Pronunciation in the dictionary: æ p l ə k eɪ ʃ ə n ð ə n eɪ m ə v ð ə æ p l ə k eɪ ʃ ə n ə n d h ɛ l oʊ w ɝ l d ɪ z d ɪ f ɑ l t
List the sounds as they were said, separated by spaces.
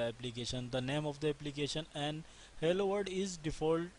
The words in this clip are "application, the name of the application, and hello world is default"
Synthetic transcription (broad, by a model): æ p l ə k eɪ ʃ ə n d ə n eɪ m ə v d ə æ p l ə k eɪ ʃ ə n ə n d h ɛ l oʊ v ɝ d ɪ z d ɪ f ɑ l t